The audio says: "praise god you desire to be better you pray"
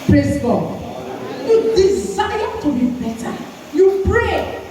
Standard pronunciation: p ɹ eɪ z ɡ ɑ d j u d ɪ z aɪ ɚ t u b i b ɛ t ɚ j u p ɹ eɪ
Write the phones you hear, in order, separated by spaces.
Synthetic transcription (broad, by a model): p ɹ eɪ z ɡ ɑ j u d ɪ s aɪ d t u b i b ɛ t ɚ j u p ɹ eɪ